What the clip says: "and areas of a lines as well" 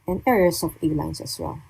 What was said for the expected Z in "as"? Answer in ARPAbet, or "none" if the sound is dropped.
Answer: S